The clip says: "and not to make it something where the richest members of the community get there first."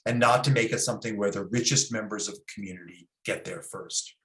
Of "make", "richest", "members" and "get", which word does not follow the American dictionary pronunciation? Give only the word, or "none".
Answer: none